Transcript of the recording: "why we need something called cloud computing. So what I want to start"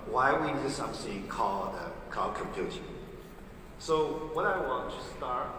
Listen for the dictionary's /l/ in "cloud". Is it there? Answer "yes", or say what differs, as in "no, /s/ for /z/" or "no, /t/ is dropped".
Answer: no, /l/ is dropped